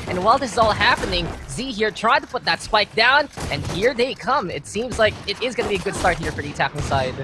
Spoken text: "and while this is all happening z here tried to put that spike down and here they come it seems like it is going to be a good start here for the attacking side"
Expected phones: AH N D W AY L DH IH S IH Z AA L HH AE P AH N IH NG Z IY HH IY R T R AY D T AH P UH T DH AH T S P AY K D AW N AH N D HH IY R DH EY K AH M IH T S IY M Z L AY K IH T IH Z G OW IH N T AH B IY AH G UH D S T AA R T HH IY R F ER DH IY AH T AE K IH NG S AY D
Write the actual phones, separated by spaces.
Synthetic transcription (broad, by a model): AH N W AY L DH IH S IH Z AA L HH AE P AH N IH NG Z IY HH IY R T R AY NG T AH P UH T DH AH T S P AY K D AW N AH N HH IY R DH EY K AH M IH T S IY M Z L AY K IH T IH Z G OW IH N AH B IY AH G UH D S T AA R T HH IY R F ER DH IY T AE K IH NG S AY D